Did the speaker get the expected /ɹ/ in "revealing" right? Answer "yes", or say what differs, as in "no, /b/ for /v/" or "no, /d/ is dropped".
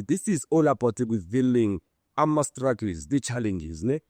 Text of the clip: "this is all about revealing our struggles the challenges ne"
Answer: no, /w/ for /ɹ/